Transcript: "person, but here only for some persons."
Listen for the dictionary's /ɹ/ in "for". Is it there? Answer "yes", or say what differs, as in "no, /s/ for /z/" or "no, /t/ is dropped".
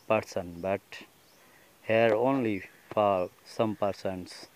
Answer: no, /l/ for /ɹ/